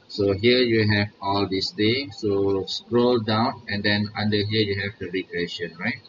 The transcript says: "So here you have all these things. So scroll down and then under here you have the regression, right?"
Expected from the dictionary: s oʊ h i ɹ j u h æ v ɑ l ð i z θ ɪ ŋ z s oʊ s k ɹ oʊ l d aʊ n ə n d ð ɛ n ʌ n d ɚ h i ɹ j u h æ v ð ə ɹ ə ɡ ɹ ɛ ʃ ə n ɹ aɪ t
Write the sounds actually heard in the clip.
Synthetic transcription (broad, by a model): s oʊ h i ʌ j u h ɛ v ɑ l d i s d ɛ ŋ s oʊ s k ɹ oʊ l d aʊ n ə n d ɛ n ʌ n d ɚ h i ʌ j u h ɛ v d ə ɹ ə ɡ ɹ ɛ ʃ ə n ɹ aɪ t